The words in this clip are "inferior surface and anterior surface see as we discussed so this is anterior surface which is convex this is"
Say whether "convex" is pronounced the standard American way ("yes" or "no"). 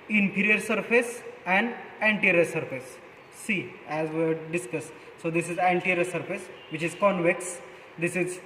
yes